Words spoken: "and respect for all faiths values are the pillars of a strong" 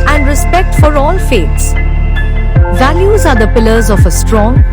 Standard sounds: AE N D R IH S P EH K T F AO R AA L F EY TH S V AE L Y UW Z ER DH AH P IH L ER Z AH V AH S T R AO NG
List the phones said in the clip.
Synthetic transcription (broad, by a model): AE N D R IH S P EH K T F AO R AA L F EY T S V AE L Y UW Z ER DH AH P IH L ER Z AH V AH S T R AO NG